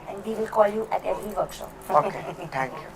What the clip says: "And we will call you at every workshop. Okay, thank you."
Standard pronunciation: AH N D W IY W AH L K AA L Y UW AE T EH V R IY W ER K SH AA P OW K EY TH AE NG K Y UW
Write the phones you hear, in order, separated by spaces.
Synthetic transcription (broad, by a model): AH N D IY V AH L K AA L Y UW T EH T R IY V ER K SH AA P OW K EY T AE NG K Y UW